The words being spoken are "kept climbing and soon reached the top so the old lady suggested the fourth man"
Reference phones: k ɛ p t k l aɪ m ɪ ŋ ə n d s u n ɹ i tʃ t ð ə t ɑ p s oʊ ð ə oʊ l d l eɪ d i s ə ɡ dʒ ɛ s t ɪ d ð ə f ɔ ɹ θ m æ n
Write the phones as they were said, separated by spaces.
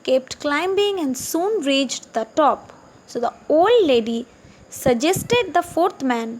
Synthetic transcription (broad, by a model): k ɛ p t k l aɪ m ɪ ŋ ə n d s u n ɹ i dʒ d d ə t ɑ p s oʊ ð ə oʊ l d l eɪ d i s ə dʒ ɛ s t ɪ d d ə f ɔ ɹ t m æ n